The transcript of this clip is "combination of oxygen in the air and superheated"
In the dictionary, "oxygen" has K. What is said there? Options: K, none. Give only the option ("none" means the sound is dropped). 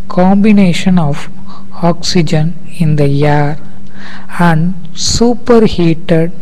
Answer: K